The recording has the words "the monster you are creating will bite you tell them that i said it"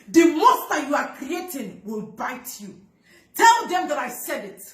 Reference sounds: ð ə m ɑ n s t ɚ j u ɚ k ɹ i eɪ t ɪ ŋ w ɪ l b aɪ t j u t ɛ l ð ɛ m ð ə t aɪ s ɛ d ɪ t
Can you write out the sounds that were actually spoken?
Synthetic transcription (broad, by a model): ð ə m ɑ s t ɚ j u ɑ k ɹ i eɪ t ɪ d w ɪ l b aɪ t j u t ɛ l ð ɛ m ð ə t aɪ s ɛ d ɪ t